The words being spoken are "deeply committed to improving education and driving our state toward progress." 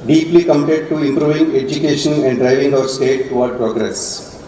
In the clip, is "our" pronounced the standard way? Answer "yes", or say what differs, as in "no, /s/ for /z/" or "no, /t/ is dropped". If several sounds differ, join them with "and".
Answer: yes